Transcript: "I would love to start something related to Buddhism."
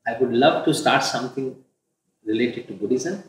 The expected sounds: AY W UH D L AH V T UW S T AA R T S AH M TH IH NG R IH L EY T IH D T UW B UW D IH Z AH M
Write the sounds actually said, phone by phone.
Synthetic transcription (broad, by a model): AY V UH D L AH V T UW S T AA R T S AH M T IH NG R IH L EY T IH D T UW B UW D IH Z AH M